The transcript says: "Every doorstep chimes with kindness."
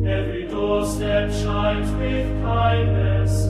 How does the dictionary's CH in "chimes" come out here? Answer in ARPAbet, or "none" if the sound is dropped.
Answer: SH